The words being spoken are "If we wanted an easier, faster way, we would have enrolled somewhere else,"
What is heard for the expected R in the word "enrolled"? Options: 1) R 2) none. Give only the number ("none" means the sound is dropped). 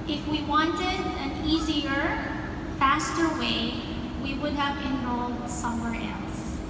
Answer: 2